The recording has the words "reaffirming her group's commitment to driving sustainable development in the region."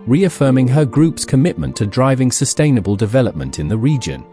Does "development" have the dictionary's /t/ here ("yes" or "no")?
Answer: yes